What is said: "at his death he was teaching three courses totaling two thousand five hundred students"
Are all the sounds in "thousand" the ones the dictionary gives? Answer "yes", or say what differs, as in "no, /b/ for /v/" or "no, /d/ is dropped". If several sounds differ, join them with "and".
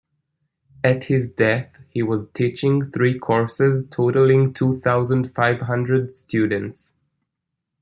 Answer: yes